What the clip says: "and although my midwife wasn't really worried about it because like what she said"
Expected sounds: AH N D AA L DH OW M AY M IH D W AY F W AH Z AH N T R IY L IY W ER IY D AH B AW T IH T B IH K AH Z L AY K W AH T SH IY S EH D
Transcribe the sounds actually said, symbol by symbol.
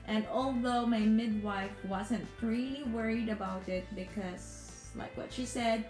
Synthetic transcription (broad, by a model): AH N AA L DH OW M AY M IH D W AY F W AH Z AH N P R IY IY W ER IY D AH B AW T IH T B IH K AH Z L AY K W AH T SH IY S EH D